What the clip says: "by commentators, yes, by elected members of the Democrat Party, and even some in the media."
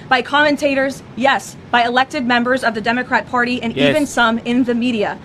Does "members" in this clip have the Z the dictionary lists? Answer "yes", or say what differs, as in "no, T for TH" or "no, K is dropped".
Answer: yes